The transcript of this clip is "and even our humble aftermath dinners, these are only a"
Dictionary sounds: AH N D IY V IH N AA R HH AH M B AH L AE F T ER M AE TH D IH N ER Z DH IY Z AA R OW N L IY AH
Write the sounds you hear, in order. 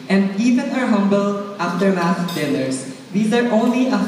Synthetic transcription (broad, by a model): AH N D IY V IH N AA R HH AH M B AH L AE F T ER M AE S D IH L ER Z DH IY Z AA R OW N L IY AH